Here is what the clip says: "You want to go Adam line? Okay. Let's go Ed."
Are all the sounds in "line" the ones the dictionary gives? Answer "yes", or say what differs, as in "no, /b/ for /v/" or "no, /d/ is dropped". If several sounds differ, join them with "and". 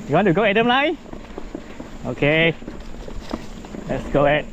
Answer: no, /n/ is dropped